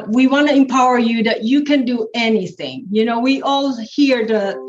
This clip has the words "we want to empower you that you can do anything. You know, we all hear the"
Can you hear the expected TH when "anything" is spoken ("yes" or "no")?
yes